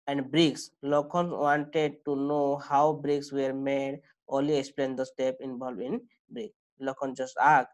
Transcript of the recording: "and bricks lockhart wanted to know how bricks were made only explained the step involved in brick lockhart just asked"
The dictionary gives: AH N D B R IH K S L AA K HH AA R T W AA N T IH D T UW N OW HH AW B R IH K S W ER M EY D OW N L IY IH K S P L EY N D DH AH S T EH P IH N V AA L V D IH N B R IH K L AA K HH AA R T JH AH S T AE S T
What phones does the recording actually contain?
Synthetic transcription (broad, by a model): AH N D B R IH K S L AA K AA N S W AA N T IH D T UW N OW HH AW B R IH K S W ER M EY D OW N L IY IH K S P L EY N D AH S T EH P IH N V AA L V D IH N B R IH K L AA K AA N JH AH S T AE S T